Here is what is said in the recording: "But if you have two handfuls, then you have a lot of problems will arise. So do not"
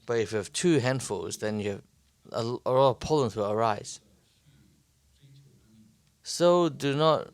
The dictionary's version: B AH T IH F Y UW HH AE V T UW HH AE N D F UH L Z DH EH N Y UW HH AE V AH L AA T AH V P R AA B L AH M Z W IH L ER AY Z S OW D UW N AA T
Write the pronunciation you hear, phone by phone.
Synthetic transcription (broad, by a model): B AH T IH F Y UW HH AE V T UW HH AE N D F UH L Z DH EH N Y UW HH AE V AH L AA T AH V P AA L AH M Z W IH L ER AY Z S OW D UW N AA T